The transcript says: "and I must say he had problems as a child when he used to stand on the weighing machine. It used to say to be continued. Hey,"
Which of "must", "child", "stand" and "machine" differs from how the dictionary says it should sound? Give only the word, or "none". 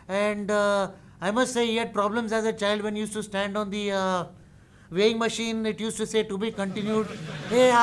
none